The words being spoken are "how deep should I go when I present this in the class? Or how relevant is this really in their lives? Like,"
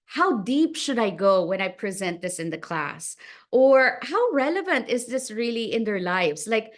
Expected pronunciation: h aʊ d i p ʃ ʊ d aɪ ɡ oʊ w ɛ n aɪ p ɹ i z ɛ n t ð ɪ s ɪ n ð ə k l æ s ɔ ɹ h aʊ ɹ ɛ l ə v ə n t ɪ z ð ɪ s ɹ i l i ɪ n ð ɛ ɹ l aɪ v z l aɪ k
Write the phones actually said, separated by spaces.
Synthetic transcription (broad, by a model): h aʊ d i p ʃ ʊ d aɪ ɡ oʊ w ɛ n aɪ p ɹ i z ɛ n t ð ɪ s ɪ n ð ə k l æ s ɔ ɹ h aʊ ɹ ɛ l ə v ə n t ɪ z ð ɪ s ɹ i l i ɪ n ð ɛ ɹ l aɪ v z l aɪ k